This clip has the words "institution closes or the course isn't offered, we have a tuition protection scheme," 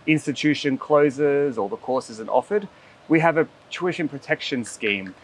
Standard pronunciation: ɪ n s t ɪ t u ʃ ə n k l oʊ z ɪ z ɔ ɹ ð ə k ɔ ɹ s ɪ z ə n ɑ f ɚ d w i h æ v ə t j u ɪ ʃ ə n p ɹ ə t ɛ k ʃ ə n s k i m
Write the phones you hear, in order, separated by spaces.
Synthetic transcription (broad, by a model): ɪ n s t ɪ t u ʃ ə n k l oʊ z ɪ z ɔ l ð ə k ɔ ɹ s ɪ z ə n ɑ f ɚ d w i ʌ v ə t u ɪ ʃ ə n p ɹ ə t ɛ k ʃ ə n s k i m